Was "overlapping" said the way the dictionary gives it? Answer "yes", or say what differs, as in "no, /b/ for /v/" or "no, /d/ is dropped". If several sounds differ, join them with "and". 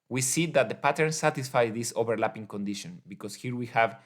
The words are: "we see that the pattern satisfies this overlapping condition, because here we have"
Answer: no, /b/ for /v/